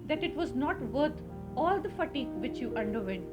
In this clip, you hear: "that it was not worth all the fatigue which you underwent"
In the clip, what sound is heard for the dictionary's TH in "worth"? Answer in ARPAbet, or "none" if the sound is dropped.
T